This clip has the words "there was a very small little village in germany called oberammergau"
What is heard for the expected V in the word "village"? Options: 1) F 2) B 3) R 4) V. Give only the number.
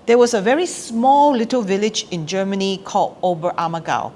4